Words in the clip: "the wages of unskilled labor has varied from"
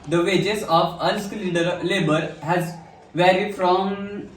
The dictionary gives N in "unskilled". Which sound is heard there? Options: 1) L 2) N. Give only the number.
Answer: 1